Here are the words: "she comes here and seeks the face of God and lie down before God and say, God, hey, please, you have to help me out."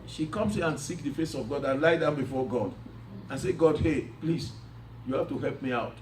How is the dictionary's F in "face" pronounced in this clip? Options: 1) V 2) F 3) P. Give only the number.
2